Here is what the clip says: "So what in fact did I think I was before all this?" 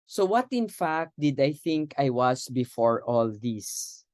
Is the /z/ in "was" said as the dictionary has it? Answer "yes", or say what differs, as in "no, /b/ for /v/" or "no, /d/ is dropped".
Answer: no, /s/ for /z/